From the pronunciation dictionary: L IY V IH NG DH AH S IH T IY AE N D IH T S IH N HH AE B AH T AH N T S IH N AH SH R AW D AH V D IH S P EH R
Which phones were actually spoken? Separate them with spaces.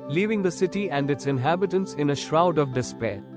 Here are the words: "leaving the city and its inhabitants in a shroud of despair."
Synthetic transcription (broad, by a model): L IY V IH NG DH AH S IH T IY AE N D IH T S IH N HH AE B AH T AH N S IH N AH SH R AW D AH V D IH S P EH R